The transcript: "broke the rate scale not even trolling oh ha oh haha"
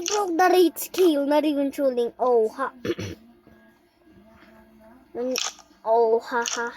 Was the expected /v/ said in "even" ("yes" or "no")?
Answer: no